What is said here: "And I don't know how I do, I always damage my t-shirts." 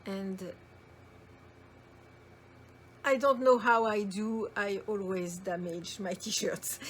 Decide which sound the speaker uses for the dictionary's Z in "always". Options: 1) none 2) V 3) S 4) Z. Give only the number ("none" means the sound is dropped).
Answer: 4